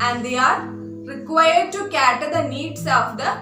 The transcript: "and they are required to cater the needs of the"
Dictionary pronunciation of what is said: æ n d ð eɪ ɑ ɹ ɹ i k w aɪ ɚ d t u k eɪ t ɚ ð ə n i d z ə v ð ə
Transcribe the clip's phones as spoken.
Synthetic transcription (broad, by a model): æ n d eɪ ɑ ɹ ɹ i k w aɪ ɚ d t u k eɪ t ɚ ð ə n i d s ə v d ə